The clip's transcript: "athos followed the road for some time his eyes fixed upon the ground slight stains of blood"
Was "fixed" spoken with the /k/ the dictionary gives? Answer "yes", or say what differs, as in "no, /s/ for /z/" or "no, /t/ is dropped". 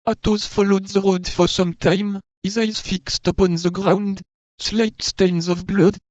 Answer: yes